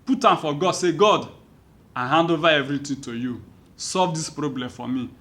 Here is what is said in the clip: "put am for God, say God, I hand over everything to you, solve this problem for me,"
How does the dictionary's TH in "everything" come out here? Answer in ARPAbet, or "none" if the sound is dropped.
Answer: T